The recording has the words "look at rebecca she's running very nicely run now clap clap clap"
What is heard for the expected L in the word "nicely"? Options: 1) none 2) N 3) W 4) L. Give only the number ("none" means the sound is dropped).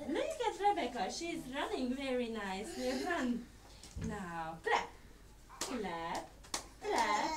1